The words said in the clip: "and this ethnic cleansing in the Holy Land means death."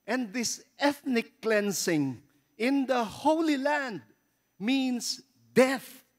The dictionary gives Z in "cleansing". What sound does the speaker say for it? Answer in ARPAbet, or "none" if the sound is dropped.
S